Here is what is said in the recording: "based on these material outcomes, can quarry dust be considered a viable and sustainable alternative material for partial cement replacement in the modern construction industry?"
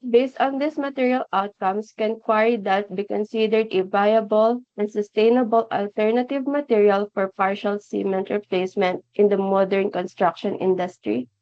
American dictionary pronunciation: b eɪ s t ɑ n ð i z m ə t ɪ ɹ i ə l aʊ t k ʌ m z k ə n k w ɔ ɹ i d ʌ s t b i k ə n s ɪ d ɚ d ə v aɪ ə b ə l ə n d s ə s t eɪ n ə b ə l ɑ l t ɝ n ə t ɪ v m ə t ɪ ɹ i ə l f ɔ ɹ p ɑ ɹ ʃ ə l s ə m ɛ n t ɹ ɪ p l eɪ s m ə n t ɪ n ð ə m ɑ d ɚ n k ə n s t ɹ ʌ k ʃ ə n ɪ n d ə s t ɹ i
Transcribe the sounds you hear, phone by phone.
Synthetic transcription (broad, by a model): b eɪ s t ɑ n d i s m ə t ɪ ɹ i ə l aʊ t k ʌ m s k ə n k w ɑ ɹ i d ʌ t b i k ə n s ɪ d ɚ d ə v aɪ ə b ə l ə n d s ə s t eɪ n ə b ə l ɑ l t ɝ n ə t ɪ v m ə t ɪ ɹ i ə l f ɔ ɹ p ɑ ɹ ʃ ə l s ə m ɛ n t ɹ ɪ p l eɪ s m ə n t ɪ n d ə m ɑ d ɚ n k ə n s t ɹ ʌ k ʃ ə n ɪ n d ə s t ɹ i